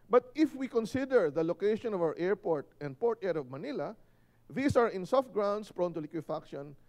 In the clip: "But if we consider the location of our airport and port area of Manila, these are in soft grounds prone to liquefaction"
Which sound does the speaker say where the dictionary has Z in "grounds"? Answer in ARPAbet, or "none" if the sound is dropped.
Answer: S